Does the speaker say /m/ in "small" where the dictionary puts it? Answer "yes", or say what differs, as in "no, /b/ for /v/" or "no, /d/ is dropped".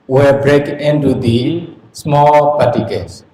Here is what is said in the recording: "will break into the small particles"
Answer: yes